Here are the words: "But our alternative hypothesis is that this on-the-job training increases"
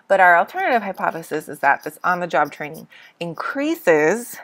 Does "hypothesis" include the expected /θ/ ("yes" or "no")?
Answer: yes